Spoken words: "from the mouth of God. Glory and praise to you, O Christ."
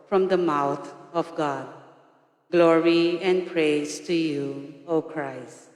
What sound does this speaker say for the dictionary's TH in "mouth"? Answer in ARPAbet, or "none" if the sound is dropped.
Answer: T